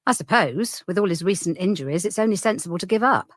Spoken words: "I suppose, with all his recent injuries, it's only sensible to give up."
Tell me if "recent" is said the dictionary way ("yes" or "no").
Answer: yes